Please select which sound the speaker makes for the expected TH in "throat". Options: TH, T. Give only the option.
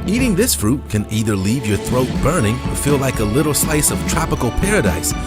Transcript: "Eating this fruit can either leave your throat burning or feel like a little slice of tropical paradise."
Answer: TH